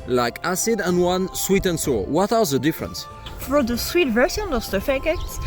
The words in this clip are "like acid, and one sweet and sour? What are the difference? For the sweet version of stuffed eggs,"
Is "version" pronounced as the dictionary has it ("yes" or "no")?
no